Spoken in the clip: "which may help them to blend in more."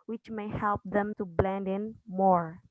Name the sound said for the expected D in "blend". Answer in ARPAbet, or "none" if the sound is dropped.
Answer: D